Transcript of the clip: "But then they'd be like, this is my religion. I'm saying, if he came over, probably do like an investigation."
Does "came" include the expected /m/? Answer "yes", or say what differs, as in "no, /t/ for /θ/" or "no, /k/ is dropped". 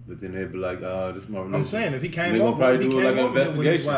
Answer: no, /m/ is dropped